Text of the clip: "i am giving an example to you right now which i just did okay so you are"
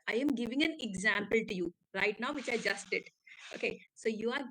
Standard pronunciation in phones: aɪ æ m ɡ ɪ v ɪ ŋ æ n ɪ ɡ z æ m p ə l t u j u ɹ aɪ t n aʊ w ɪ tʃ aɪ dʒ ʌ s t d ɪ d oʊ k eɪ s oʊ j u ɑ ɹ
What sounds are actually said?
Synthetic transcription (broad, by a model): aɪ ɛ m ɡ ɪ v ɪ ŋ æ n ɪ ɡ z æ m p ə l t u j u ɹ aɪ t n aʊ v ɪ tʃ aɪ dʒ ʌ s t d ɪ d oʊ k eɪ s oʊ j u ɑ ɹ